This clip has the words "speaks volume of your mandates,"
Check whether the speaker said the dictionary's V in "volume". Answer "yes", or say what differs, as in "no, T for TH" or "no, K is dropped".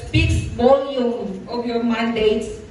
no, B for V